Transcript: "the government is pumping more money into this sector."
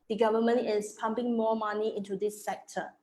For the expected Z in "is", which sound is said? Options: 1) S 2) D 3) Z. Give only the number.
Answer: 1